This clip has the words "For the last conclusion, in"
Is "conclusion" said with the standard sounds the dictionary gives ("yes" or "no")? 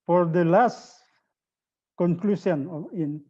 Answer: no